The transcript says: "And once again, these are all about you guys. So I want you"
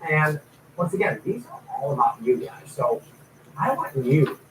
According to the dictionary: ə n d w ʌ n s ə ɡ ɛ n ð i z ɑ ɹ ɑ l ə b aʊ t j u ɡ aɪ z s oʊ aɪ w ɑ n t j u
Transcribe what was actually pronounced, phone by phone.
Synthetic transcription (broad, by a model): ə n w ʌ n s ə ɡ ɛ n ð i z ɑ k ɑ l ə b aʊ t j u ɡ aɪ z s oʊ aɪ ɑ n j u